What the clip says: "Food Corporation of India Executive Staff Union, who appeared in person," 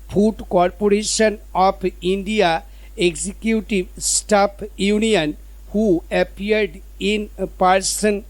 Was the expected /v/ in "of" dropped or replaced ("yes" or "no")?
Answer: yes